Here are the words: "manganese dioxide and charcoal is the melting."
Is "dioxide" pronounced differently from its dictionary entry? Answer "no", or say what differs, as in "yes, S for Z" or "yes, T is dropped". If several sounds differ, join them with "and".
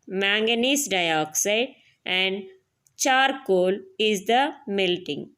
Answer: no